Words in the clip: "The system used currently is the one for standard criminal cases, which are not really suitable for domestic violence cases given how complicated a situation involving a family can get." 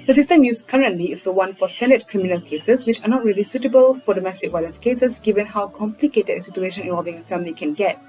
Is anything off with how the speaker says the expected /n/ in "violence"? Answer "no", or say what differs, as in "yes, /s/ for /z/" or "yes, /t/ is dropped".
yes, /n/ is dropped